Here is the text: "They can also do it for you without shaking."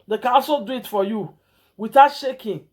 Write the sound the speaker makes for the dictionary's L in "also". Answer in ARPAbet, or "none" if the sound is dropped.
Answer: none